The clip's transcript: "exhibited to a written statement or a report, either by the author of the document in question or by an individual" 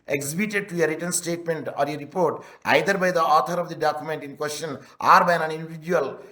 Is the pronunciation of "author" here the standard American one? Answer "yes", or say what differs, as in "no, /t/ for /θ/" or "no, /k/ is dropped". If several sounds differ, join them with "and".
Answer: no, /t/ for /θ/